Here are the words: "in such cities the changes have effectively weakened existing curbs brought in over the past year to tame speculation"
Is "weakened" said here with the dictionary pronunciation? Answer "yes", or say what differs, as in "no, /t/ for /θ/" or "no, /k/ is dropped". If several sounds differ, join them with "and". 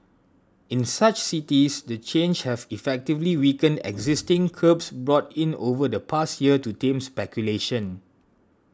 yes